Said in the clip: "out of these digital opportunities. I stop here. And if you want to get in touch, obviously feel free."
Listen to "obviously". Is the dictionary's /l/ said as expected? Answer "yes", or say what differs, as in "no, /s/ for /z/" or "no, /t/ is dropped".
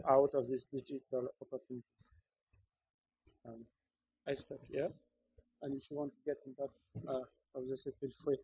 no, /l/ is dropped